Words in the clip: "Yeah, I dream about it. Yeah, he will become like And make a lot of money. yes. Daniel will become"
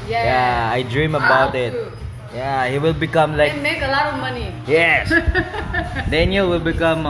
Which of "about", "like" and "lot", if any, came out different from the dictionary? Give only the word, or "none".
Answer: like